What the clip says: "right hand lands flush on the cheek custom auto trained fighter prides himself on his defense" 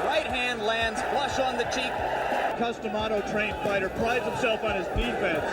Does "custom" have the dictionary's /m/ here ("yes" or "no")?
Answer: yes